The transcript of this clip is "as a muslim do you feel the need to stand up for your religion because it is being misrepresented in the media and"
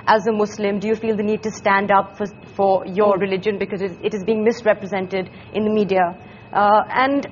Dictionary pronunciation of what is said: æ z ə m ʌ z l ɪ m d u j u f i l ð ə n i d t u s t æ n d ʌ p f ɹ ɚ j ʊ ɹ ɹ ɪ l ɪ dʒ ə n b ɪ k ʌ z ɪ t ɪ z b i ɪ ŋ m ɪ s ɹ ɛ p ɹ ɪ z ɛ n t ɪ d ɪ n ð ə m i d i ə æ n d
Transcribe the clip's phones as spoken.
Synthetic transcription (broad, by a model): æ z ə m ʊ s l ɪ m d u j u f i l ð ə n i d t u s t æ n d ʌ p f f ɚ j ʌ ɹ ɹ ɪ l ɪ dʒ ə n b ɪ k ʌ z ɪ t ɪ z b i ɪ ŋ m ɪ s ɹ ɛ p ɹ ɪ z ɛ n t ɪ d ɪ n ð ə m i d i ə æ n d